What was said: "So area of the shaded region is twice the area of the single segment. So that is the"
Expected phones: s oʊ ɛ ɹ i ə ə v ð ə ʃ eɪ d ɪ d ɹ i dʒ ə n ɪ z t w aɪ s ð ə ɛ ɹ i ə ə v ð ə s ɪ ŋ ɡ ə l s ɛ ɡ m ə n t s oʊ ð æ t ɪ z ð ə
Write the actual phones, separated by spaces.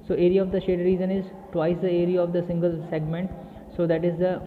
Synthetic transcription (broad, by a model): s oʊ ɛ ɹ i ə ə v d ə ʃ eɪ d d ɹ i z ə n ɪ z t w aɪ s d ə ɛ ɹ i ə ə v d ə s ɪ ŋ ɡ ə l s ɛ ɡ m ə n t s oʊ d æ t ɪ z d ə